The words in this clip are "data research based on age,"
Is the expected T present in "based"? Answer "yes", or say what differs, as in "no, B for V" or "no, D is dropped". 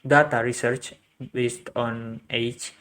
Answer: yes